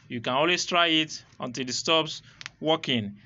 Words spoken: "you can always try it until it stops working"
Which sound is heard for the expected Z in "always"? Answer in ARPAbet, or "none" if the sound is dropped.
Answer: S